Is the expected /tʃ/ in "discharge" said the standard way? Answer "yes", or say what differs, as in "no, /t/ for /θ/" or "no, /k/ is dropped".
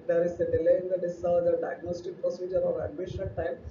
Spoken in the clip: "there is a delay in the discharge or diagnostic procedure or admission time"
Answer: no, /tʃ/ is dropped